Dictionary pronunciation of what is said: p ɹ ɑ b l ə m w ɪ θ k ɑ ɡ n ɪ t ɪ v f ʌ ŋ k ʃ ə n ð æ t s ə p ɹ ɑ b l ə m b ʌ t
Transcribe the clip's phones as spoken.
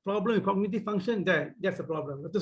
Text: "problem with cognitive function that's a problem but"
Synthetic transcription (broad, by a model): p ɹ ɑ b l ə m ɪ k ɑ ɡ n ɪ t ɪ f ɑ ŋ ʃ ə n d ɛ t s ə p ɹ ɑ b l ə m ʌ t